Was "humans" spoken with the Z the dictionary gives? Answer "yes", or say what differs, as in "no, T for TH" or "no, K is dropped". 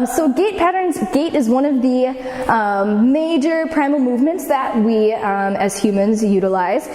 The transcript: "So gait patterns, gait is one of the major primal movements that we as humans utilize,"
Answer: yes